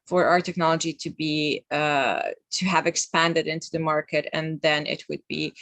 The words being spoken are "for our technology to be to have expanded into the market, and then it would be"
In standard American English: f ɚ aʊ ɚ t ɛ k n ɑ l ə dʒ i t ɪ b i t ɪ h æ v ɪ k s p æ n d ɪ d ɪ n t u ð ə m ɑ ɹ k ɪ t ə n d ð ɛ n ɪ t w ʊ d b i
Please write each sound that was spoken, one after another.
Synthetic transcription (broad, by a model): f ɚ aʊ ɚ t ɛ k n ɑ l ə dʒ i t ɪ b i t ɪ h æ v ɪ k s p æ n d ɪ d ɪ n t u ð ə m ɑ ɹ k ɪ t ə n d ð ɛ n ɪ t w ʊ d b i